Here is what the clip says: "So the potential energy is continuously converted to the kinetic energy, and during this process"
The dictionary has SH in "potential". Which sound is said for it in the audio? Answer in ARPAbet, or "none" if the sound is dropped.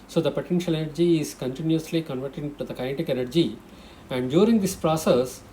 SH